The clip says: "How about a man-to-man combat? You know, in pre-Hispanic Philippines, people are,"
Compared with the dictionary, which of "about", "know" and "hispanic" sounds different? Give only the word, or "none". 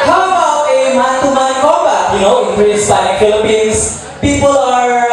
hispanic